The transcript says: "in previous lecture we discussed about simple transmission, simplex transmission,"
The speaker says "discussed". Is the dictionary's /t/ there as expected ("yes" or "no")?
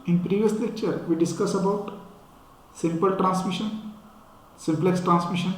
no